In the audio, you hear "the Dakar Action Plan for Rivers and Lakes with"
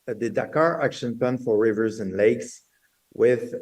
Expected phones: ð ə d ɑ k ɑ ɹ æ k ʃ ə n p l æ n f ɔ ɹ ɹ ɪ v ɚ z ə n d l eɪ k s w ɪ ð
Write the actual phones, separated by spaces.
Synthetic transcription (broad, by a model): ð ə d ɑ k ɑ ɹ æ k ʃ ə n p æ n f ɔ ɹ ɹ ɪ v ɚ z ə n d l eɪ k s w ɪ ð